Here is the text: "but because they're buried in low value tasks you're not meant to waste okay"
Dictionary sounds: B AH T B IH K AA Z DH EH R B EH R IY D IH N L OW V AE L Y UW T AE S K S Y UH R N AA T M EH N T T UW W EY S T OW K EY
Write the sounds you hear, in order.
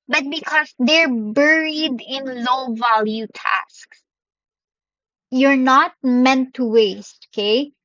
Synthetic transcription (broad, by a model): B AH T B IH K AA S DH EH R B EH R IY D IH N L OW V AE L Y UW T AE S K S Y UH R N AA T M EH N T T UW W EY S T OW K EY